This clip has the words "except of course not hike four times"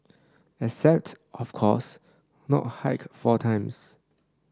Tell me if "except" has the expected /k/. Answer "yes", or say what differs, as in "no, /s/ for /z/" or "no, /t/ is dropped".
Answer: no, /k/ is dropped